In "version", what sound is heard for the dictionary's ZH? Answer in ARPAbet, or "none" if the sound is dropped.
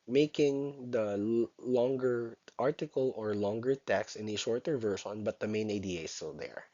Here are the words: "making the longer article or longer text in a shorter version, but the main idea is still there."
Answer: SH